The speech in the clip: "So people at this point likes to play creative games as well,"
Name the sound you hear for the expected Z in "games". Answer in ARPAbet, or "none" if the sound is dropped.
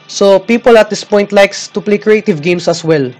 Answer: S